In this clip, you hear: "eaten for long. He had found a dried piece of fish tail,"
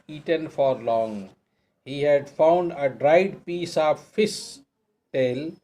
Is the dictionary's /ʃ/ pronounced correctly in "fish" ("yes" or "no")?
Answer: no